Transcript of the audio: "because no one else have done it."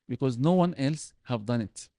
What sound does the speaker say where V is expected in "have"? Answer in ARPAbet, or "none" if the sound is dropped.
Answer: V